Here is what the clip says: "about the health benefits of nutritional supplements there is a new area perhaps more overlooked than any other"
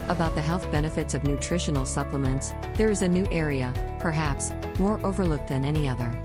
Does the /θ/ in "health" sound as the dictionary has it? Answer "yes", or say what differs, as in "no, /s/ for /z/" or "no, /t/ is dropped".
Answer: yes